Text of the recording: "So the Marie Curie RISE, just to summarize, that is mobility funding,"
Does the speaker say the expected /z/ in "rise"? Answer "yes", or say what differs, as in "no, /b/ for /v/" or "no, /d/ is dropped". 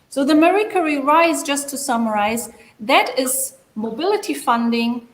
yes